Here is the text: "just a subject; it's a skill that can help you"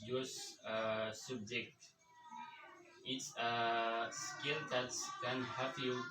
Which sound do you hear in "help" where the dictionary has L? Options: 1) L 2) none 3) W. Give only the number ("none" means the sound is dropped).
2